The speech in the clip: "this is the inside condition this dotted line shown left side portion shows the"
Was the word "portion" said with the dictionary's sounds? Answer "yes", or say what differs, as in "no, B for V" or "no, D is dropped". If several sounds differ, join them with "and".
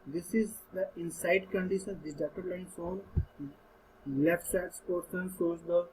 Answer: no, S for SH